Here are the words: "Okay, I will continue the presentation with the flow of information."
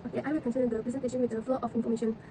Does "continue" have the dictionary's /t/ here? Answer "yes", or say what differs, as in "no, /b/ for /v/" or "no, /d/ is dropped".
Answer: no, /s/ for /t/